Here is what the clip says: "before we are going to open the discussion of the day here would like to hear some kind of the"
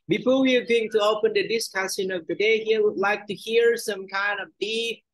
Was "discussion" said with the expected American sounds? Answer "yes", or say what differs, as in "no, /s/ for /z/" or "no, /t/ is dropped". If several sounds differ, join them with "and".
no, /s/ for /ʃ/